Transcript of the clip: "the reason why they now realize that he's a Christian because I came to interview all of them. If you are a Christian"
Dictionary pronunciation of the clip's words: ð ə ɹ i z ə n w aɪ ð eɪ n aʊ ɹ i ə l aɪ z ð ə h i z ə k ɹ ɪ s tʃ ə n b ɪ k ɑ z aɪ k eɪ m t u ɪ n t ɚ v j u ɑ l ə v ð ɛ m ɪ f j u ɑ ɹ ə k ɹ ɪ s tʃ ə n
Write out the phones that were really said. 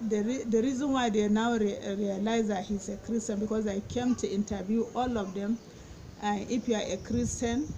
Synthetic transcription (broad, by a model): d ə ɹ i z ə n w aɪ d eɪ n aʊ ɹ i ə l aɪ z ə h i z ə k ɹ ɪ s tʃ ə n b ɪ k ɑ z aɪ k eɪ m t u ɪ n t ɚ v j u ɑ l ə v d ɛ m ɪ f j u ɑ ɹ ə k ɹ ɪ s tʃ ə n